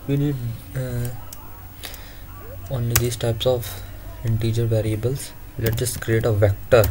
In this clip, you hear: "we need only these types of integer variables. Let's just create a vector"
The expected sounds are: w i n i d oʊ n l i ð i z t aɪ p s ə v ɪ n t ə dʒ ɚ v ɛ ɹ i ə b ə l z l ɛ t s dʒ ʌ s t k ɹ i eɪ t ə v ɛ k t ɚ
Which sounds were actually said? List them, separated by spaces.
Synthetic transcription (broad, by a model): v i n i d oʊ n l i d i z t aɪ p s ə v ɪ n t ə dʒ ɚ v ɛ ɹ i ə b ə l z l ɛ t dʒ ʌ s t k ɹ i eɪ t ə v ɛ k t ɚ